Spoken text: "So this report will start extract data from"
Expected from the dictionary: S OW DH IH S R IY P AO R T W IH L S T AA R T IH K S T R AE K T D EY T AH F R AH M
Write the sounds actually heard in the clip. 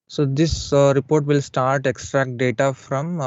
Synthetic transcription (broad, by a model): S OW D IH S R IY P AO R T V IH L S T AA R T IH K S T R AE K T D EY T AH F R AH M